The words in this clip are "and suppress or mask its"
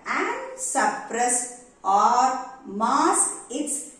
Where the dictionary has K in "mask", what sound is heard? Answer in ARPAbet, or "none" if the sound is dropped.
none